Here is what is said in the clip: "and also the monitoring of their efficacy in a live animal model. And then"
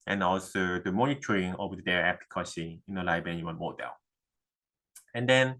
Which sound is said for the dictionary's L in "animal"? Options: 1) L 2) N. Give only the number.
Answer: 2